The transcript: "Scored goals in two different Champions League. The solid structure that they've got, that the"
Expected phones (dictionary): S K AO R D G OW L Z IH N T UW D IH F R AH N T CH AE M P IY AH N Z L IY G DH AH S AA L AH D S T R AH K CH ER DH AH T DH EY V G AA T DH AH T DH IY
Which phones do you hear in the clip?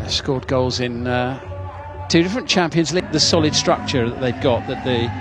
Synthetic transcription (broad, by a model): S K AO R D G OW L Z IH N T UW D IH F R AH N CH AE M P IY AH N Z L IY G DH AH S AA L AH D S T R AH K CH ER DH AH T DH EY V G AA T DH AH T DH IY